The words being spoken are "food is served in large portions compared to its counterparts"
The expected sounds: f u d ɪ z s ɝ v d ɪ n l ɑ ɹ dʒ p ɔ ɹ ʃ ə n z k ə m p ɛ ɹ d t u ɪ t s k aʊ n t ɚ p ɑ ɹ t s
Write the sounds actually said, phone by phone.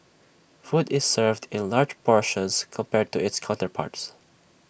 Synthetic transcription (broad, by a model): f u d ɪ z s ɝ v d ɪ n l ɑ ɹ dʒ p ɔ ɹ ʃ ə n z k ə m p ɛ ɹ d t u ɪ t s k aʊ n t ɚ p ɑ ɹ t s